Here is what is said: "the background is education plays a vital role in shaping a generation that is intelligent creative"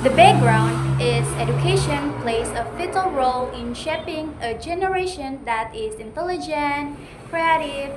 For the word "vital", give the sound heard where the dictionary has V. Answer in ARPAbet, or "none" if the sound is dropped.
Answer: F